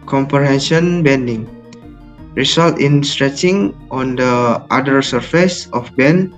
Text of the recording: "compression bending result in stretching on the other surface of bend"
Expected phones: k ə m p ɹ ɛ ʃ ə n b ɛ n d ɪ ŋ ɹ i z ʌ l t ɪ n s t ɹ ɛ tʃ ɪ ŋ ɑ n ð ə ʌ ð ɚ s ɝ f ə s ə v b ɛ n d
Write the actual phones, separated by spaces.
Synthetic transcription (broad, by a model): k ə m p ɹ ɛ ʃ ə n b ɛ n d ɪ ŋ ɹ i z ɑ l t ɪ n s t ɹ ɛ tʃ ɪ ŋ ɑ n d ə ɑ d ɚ s ɝ f ə s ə f b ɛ n